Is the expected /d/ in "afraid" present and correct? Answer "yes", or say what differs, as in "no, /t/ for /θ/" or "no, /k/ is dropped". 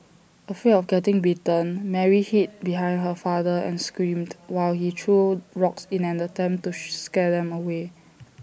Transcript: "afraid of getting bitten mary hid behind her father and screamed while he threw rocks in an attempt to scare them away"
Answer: no, /d/ is dropped